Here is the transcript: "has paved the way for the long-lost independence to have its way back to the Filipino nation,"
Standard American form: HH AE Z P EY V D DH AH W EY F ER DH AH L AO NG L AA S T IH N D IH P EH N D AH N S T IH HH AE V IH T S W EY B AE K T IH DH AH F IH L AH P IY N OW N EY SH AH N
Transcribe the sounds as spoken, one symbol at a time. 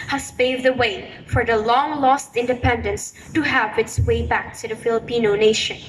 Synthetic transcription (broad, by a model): HH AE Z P EY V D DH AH W EY F ER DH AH L AO NG L AA S T IH N D IH P EH N D AH N S T IH HH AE V IH T S W EY B AE K T IH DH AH F IH L AH P IY N OW N EY SH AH N